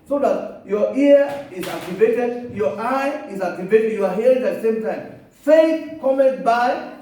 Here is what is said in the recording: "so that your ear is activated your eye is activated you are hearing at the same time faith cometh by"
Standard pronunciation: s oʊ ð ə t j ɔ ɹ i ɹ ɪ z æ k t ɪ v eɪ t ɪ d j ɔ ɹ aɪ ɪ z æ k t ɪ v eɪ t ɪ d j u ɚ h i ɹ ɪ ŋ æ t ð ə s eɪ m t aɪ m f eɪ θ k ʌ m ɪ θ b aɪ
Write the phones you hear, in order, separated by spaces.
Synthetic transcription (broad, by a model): s oʊ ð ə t j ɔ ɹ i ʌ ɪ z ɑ k t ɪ v eɪ t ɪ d j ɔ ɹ aɪ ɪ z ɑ k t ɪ v eɪ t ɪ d j u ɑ h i ɪ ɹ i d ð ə s eɪ m t aɪ m f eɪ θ k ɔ m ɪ t b aɪ